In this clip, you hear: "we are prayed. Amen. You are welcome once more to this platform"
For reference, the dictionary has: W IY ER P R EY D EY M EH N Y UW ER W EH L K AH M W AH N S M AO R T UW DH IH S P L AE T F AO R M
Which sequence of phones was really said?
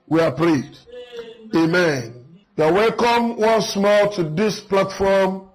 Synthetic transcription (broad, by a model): W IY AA P R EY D EY M EH N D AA W EH L K AH M W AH N S M AO L T UW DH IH S P L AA T F AO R M